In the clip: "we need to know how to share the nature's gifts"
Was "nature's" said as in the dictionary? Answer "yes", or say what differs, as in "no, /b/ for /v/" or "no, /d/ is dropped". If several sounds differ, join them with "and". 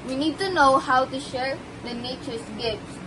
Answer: no, /s/ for /z/